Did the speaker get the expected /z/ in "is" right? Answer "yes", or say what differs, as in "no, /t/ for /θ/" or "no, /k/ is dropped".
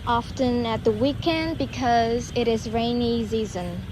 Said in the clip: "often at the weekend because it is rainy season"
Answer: yes